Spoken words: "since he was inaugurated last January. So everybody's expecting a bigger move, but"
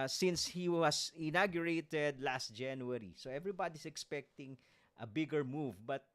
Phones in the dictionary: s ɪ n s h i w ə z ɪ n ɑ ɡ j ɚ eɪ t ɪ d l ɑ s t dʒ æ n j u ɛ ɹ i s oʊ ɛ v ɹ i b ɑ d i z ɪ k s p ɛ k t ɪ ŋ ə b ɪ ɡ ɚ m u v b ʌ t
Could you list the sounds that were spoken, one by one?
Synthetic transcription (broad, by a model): s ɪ n s h i w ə s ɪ n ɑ ɡ j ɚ eɪ t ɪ d l ɑ s t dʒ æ n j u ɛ ɹ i s oʊ ɛ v ɹ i b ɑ d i s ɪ k s p ɛ k t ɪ ŋ ə b ɪ ɡ ɚ m u v b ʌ t